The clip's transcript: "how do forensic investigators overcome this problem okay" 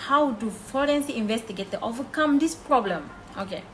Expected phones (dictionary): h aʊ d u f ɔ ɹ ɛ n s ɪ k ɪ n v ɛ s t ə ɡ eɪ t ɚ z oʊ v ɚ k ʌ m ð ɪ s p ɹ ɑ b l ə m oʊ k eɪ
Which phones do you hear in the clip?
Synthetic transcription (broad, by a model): h aʊ d u f ɔ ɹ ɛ n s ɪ ɪ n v ɛ s t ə ɡ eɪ t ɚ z oʊ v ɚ k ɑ m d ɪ s p ɹ ɑ b l ə m oʊ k eɪ